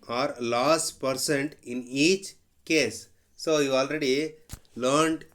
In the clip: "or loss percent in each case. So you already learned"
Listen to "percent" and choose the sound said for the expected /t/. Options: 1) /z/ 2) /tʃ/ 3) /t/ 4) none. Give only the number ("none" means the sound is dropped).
3